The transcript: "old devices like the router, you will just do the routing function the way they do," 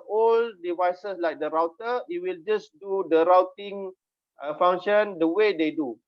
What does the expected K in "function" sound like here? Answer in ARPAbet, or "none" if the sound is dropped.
none